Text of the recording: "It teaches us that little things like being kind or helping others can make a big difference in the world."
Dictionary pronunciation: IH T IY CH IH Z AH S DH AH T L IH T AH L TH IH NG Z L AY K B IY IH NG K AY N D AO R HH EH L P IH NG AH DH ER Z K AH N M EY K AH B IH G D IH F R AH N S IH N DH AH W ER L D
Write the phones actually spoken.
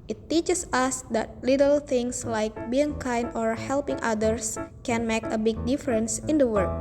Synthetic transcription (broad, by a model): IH T IY CH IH S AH S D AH T L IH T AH L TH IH NG S L AY K B IY IH NG K AY N D AO R HH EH L P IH NG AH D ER S K AH N M EY K AH B IH G D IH F R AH N S IH N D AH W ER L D